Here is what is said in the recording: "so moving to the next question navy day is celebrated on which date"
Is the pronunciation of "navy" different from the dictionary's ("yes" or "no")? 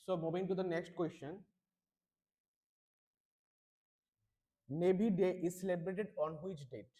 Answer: yes